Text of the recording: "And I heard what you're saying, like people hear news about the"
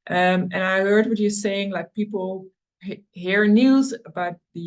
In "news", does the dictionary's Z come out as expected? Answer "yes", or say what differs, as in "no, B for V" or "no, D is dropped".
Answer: yes